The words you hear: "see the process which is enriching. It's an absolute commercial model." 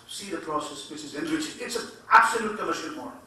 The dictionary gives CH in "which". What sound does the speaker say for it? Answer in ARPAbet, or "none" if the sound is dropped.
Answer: S